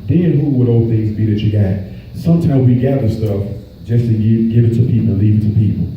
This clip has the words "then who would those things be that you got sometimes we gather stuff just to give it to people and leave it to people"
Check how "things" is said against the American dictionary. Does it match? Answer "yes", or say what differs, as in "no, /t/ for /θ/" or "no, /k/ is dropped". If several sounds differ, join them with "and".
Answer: yes